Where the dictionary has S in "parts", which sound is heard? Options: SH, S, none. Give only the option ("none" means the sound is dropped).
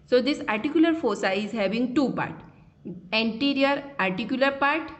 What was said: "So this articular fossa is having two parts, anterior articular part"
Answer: none